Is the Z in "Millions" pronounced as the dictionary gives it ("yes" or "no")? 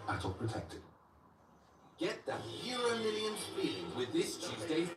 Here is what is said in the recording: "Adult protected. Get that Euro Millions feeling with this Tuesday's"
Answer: no